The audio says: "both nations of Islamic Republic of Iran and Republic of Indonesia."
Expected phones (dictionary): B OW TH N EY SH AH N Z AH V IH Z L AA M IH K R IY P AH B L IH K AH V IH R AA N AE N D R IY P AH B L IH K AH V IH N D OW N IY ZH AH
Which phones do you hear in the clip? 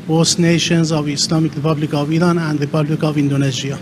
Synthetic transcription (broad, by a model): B OW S N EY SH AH N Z AH V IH S L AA M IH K R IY P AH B L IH K AH V IH R AA N AE N D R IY P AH B L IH K AH V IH N D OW N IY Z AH